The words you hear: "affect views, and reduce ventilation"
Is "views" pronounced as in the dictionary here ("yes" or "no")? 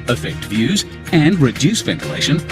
yes